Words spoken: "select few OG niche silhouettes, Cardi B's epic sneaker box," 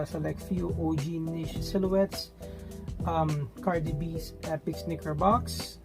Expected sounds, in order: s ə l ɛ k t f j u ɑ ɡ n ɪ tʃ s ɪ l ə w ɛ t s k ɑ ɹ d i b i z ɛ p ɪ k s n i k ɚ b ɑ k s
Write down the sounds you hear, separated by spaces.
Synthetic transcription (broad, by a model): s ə l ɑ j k f j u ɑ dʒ n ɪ ʃ s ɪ l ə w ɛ t s k ɑ ɹ d i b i s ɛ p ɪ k s n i k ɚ b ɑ k s